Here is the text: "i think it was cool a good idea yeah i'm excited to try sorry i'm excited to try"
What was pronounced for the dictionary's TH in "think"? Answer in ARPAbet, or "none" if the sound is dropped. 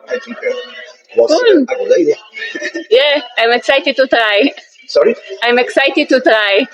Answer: T